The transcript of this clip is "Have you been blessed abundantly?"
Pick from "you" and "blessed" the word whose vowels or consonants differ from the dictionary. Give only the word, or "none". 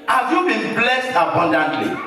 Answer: none